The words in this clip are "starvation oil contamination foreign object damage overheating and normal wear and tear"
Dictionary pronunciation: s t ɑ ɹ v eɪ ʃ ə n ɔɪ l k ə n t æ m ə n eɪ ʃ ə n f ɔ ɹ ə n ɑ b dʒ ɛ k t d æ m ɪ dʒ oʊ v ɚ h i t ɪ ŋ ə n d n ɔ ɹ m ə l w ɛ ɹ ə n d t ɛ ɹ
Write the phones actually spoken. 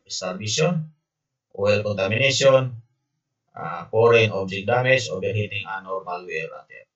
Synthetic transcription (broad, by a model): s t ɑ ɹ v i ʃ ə n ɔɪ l k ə n t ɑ m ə n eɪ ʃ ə n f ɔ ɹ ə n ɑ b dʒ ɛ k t d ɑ m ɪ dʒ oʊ b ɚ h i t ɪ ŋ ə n n ɔ ɹ m ə l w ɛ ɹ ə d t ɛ